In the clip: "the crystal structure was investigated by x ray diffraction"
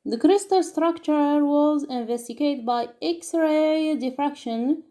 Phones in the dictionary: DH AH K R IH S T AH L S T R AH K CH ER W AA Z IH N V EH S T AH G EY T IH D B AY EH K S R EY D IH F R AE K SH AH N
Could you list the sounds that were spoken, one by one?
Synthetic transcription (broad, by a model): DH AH K R IH S T AH L S T R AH K CH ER W AA Z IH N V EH S T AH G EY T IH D B AY EH K S R EY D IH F R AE K SH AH N